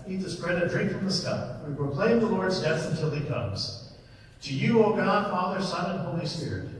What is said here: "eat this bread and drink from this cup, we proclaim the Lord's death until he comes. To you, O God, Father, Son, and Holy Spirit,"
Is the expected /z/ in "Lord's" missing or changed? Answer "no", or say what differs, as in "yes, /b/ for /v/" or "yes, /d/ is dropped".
no